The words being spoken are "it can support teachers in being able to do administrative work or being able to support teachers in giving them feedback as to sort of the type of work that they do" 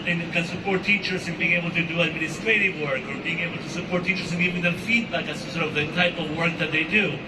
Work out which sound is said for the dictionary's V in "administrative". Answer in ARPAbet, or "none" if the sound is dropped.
V